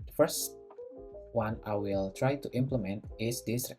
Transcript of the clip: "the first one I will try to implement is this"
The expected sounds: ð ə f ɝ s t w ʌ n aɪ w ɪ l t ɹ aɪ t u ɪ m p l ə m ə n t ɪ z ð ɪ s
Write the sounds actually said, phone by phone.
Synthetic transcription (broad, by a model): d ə f ɝ s t w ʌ n aɪ w ɪ l t ɹ aɪ t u ɪ m p l ə m ə n t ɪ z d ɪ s